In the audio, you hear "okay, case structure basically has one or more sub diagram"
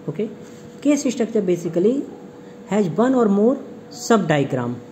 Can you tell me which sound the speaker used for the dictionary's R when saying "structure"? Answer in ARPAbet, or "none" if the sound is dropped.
none